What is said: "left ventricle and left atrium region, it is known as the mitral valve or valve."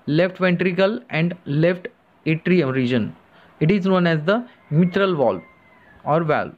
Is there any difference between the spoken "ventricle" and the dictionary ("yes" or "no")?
no